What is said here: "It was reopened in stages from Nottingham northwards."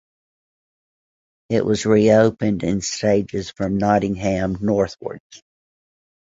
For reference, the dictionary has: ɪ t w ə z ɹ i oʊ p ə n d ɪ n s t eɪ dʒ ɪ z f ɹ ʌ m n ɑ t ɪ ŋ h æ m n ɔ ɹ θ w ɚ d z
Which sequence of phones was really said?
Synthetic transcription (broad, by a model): ɪ t w ə z ɹ i oʊ p ə n d ɪ n s t eɪ dʒ ɪ z f ɹ ʌ m n ɑ t ɪ ŋ h æ m n ɔ ɹ θ w ɚ d z